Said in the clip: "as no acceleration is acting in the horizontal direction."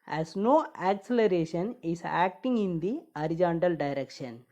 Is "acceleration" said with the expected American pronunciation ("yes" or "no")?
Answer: yes